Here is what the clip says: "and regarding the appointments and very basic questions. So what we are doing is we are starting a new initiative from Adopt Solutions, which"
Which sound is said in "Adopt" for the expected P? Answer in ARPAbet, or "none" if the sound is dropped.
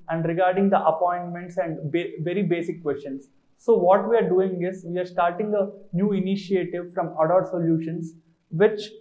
none